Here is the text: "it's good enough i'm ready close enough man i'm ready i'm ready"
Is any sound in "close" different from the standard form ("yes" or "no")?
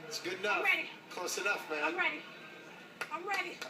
yes